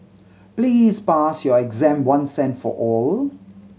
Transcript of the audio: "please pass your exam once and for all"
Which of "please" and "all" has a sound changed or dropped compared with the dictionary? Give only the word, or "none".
none